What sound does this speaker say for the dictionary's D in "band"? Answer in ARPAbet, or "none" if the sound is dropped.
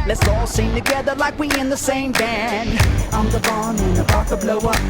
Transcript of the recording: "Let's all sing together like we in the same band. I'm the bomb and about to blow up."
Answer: none